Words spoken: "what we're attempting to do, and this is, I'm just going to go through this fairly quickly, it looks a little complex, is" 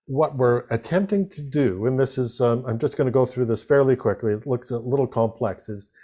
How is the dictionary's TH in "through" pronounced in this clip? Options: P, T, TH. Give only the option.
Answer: TH